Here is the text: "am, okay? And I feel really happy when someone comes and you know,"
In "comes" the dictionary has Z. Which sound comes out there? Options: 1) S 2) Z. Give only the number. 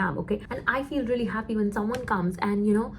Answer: 2